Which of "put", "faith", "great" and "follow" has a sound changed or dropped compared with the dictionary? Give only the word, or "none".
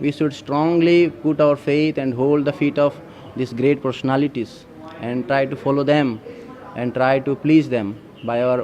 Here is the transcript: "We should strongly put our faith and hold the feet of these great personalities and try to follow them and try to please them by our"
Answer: faith